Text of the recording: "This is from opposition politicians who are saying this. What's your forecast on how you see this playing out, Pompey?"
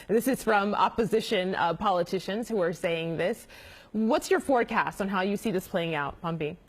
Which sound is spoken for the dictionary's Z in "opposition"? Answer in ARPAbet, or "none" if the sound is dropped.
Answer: Z